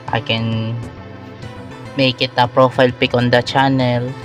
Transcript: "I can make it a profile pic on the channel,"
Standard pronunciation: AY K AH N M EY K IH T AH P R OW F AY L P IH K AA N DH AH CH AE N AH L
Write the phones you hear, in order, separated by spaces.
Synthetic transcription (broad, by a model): AY K AH N M EY K IH T AH P R OW F AY L P IH K AA N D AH CH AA N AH L